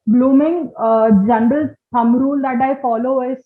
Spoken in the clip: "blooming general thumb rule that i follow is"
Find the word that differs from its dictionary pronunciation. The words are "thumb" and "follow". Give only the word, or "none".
thumb